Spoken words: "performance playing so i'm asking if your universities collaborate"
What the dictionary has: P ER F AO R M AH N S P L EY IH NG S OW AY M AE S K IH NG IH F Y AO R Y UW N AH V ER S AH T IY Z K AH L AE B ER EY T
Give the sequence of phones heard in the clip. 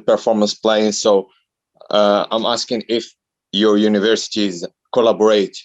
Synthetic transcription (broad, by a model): P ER F AO R M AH N S P L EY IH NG S OW AY M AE S K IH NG IH F Y AO R Y UW N AH V ER S AH T IY Z K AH L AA B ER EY T